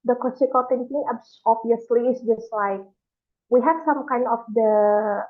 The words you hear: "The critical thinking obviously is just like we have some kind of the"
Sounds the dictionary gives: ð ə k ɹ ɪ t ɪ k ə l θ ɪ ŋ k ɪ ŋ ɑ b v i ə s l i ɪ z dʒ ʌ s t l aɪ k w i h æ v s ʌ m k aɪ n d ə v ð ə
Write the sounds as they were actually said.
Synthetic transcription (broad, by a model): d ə k l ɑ s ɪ k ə l t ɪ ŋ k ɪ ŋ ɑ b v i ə s l i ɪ s dʒ ʌ s t l aɪ k w i h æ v s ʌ m k aɪ n d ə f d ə